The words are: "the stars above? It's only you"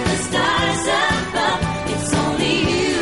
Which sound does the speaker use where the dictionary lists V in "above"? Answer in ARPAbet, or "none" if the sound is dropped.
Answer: none